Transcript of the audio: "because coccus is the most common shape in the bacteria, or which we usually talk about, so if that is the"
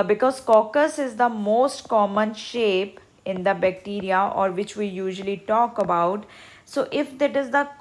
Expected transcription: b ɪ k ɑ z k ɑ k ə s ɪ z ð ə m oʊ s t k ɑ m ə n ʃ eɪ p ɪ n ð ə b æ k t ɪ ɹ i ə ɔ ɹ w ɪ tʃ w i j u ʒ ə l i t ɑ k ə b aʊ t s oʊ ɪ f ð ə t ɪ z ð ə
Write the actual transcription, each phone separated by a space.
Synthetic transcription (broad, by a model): b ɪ k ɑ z k ɑ k ə s ɪ z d ə m oʊ s t k ɑ m ə n ʃ eɪ p ɪ n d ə b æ k t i ɹ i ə ɔ ɹ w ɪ tʃ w i j u ʒ ə l i t ɑ k ə b aʊ t s oʊ ɪ f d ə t ɪ z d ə